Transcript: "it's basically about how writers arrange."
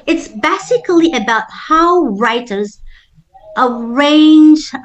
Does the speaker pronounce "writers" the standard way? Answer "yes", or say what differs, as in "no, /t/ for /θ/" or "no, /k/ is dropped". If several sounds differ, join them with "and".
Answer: yes